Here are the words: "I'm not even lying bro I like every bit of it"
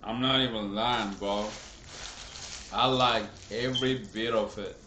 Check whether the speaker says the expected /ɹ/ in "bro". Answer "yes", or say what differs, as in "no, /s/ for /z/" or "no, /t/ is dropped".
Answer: no, /ɹ/ is dropped